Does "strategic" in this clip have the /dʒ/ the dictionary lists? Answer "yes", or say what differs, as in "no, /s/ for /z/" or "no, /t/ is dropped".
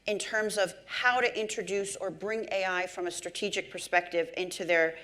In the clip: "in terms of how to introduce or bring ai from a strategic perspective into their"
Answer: yes